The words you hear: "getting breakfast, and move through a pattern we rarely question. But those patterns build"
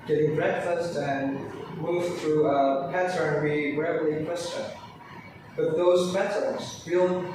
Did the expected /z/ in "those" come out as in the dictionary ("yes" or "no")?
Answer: yes